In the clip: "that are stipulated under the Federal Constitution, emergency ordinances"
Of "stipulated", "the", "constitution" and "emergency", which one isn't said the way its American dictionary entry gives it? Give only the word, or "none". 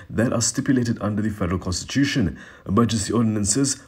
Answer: emergency